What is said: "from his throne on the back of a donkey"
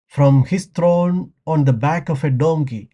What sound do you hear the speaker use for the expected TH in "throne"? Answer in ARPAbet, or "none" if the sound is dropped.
T